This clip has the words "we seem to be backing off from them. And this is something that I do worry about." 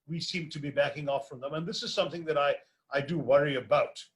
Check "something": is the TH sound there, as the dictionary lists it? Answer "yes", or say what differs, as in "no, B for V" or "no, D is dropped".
yes